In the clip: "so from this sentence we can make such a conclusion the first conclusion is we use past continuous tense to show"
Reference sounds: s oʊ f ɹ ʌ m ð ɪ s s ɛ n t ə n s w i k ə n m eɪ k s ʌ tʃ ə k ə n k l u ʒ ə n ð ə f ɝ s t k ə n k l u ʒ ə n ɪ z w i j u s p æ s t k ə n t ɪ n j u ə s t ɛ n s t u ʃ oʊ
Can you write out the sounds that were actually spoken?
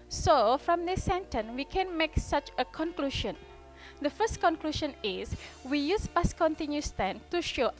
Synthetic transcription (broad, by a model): s oʊ f ɹ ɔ m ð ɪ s s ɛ n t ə n w i k ə n m eɪ k s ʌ tʃ ə k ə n k l u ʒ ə n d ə f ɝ s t k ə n k l u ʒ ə n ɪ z w i j u s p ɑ s k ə n t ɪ n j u s t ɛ n t u ʃ oʊ